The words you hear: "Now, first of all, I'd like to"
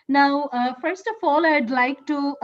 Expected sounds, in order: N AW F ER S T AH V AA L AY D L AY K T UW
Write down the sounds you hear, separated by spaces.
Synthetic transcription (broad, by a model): N AW F ER S T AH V AA L AY D L AY K T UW